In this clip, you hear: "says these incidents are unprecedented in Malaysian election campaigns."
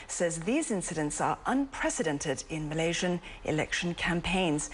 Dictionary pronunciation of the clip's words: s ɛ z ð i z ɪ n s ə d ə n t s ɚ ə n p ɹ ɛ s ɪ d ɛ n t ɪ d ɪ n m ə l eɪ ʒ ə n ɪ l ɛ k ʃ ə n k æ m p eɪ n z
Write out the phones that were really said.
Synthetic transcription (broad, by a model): s ɛ z ð i z ɪ n s ə d ə n t s ɚ ə n p ɹ ɛ s ɪ d ɛ n t ɪ d ɪ n m ə l eɪ ʒ ə n ɪ l ɛ k ʃ ə n k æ m p eɪ n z